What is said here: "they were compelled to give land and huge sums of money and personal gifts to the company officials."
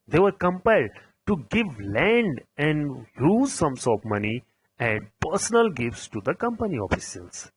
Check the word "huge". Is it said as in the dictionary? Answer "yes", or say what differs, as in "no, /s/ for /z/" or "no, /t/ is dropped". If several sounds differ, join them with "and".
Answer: no, /z/ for /dʒ/